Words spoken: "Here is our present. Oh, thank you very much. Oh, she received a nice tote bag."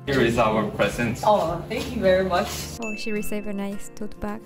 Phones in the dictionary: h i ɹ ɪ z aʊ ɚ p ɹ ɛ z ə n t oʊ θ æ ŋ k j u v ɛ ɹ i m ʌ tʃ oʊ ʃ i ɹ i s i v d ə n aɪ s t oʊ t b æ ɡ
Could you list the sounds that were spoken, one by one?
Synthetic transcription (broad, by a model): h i ɹ ɪ z aʊ ɚ p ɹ ɛ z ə n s oʊ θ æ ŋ k j u v ɛ ɹ i m ʌ tʃ oʊ ʃ i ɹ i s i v ə n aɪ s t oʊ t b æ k